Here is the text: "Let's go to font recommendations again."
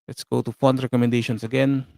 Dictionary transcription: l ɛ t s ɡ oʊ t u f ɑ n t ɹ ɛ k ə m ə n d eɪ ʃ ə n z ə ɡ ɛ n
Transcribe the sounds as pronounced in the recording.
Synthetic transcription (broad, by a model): l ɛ t s ɡ oʊ t u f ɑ n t ɹ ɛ k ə m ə n d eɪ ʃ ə n s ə ɡ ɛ n